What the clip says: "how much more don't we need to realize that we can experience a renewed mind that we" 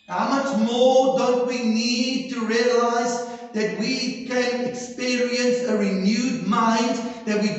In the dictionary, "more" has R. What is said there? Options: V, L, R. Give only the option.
R